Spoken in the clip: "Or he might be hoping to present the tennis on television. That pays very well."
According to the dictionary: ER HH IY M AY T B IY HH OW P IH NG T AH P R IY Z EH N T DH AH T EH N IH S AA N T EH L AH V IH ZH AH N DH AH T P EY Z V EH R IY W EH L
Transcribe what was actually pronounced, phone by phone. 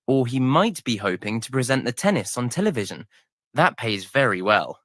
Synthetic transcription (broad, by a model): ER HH IY M AY T B IY HH OW P IH NG T AH P R IY Z EH N T DH AH T EH N IH S N T EH L AH V IH ZH AH N DH AH T P EY Z V EH R IY W EH L